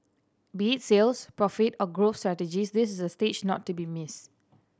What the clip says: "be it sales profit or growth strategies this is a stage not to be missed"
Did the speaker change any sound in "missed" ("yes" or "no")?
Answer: yes